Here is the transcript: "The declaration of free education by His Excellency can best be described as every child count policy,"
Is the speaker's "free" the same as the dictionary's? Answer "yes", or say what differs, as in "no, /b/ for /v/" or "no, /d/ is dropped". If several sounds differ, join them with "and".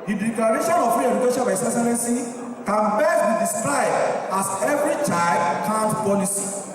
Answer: no, /ɹ/ is dropped